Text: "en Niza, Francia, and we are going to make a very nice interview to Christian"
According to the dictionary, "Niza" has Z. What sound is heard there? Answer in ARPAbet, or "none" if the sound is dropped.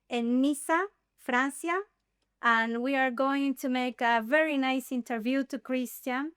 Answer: S